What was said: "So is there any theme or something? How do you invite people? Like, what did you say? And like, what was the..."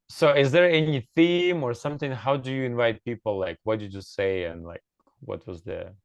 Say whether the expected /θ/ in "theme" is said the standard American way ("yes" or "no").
yes